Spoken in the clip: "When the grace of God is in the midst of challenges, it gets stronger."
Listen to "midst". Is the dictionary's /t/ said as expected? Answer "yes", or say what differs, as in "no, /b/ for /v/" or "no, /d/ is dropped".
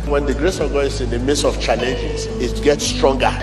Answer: no, /t/ is dropped